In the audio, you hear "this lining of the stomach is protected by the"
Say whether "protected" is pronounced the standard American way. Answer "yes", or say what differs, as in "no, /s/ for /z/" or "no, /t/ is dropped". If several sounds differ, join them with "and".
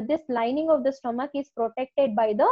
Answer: yes